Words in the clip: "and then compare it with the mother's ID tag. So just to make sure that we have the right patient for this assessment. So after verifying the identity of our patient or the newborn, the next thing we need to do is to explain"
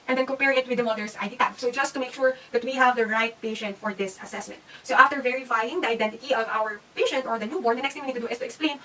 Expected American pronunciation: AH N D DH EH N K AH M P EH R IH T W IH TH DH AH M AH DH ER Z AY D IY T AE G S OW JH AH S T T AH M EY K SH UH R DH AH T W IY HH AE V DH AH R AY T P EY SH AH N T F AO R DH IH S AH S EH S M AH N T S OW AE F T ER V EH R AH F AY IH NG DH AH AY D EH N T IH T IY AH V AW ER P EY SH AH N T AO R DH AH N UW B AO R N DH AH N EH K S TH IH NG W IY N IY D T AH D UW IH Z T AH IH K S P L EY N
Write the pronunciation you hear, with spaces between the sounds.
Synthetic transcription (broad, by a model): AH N D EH N K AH M P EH R IH T W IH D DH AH M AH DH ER S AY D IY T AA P S OW JH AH S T T AH M EY K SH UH R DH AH T W IY HH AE V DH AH R AY T P EY SH AH N T F AO R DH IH S AH S EH S M AH N T S OW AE F T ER V EH R AH F AY IH NG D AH AY D EH N T IH T IY AH V AW ER P EY SH AH N T AO R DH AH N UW B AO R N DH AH N EH K S T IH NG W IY N IY D T AH D UW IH S T AH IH K S P L EY N